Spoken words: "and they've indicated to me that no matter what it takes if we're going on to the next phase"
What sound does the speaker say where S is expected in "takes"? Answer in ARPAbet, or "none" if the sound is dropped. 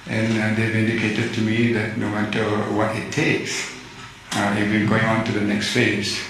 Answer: S